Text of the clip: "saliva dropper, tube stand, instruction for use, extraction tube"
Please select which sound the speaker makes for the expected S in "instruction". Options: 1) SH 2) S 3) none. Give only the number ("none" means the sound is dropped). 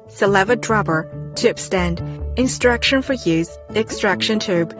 2